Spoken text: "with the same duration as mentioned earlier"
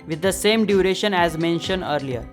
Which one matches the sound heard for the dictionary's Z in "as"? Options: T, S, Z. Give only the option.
Z